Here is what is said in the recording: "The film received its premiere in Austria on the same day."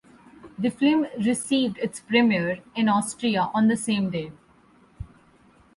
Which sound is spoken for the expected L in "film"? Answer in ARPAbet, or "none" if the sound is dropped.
none